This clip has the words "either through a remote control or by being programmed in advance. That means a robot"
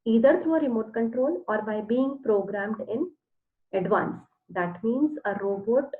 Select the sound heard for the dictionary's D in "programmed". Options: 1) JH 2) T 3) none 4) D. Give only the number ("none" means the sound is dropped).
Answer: 4